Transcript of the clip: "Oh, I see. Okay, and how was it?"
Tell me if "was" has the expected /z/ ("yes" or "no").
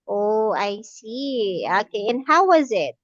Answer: yes